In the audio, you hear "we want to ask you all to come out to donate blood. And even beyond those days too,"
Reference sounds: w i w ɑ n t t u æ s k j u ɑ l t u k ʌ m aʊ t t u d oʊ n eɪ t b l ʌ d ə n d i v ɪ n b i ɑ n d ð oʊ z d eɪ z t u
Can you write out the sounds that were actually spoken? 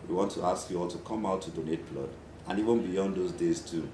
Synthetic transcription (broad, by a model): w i w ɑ n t t u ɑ s k j u ɑ l t u k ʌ m aʊ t t u d oʊ n eɪ t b l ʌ d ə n i v ɪ n b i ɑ n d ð oʊ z d eɪ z t u